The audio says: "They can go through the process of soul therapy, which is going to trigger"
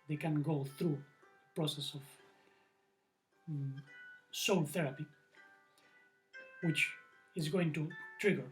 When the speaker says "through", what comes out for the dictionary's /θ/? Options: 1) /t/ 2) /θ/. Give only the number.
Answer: 2